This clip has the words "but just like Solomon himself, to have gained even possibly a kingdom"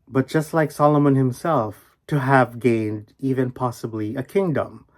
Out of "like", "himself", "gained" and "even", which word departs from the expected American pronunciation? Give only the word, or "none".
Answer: none